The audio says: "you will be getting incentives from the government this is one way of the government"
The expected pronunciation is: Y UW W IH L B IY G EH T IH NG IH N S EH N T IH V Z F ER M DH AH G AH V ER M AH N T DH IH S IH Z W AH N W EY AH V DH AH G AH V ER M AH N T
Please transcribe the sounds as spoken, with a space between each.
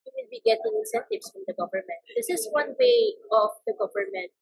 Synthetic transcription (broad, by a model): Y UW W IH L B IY G EH T IH NG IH N S EH N T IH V S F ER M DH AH G AH V ER M AH N T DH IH S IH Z W AH N W EY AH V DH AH G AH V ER M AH N T